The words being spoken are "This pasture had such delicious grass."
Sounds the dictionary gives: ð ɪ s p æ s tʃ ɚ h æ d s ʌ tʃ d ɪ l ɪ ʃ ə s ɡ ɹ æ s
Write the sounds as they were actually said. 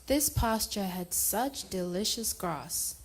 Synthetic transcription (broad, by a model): ð ɪ s p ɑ s tʃ ɚ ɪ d s ʌ tʃ d ɪ l ɪ ʃ ə s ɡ ɹ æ s